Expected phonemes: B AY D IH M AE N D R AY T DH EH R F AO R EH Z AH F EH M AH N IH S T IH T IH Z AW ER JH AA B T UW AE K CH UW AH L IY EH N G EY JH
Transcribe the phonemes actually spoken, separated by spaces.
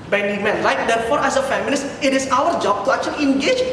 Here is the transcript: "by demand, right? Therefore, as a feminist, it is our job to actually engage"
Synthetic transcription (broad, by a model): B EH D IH M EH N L AY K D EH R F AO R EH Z AH F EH M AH L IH S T IH T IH S AW ER JH AA B T UW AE K CH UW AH L IY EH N G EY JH